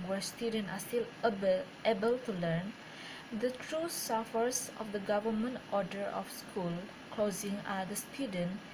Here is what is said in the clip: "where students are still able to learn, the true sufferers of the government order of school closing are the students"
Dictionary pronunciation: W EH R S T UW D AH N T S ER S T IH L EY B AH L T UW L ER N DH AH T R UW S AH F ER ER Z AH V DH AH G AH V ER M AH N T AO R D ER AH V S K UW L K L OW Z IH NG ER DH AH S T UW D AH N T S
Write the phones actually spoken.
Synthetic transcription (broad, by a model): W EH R S T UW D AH N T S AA S T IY L EY B AH L T UW L ER N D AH T R UW S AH F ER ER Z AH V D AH G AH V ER M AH N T AO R D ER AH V S K UW L K L OW Z IH NG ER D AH S T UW D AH N